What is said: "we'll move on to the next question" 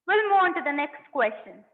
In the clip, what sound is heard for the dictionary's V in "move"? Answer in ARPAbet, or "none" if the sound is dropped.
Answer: none